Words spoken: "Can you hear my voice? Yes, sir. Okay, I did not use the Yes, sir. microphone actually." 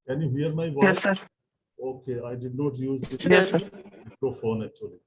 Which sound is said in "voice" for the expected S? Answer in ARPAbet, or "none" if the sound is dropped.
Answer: none